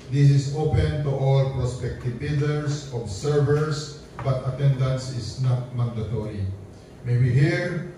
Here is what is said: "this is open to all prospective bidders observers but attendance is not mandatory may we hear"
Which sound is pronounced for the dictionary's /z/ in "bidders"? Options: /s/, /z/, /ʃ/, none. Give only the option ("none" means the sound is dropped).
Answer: /s/